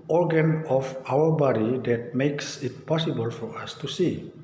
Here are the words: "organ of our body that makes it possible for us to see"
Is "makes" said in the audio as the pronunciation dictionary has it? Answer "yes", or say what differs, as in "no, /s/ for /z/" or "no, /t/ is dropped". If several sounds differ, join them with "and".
yes